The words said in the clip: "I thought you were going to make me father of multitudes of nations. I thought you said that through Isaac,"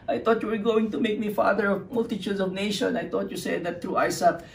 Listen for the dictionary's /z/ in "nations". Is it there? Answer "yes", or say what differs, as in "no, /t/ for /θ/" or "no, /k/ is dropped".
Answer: no, /z/ is dropped